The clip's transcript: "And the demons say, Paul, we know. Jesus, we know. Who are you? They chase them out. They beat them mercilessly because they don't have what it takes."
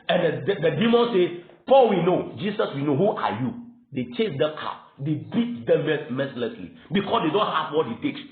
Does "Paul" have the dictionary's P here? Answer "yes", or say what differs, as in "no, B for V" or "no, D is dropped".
yes